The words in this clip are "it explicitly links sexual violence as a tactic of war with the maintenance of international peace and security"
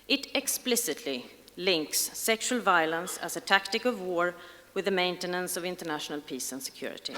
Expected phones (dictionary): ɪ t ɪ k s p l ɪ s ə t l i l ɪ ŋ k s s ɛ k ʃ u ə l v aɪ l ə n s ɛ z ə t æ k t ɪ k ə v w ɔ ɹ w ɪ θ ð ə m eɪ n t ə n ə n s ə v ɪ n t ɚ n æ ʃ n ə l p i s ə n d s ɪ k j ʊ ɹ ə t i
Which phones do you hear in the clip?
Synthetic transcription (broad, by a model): ɪ t ɪ k s p l ɪ s ə t l i l ɪ ŋ k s s ɛ k ʃ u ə l v aɪ l ə n s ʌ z ə t æ k t ɪ k ə v w ɔ ɹ w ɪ ð ə m eɪ n t ə n ə n s ə v ɪ n t ɚ n æ ʃ n ə l p i s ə n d s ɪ k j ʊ ɹ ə t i